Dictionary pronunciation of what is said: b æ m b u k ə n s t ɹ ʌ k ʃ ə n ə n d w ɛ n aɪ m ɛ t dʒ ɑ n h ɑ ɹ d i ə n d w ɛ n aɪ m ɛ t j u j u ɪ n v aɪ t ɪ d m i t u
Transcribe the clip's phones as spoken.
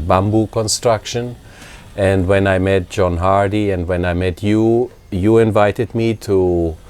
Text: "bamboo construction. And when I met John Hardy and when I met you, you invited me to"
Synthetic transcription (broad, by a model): b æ m b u k ə n s t ɹ ʌ k ʃ ə n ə n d w ɛ n aɪ m ɛ t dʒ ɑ n h ɑ ɹ d i ə n d w ɛ n aɪ m ɛ t j u j u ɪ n v aɪ t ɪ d m i t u